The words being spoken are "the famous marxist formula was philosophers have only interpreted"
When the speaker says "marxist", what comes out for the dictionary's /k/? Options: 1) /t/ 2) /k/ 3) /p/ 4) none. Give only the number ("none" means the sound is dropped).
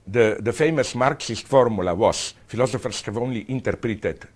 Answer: 2